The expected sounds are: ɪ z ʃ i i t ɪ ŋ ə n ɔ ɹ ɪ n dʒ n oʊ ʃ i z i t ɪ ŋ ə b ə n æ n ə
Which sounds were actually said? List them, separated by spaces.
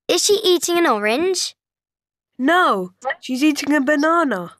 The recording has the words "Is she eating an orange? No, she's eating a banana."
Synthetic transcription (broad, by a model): ɪ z ʃ i i t ɪ ŋ ə n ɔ ɹ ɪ n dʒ n oʊ ʃ i z i t ɪ ŋ ə b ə n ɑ n ə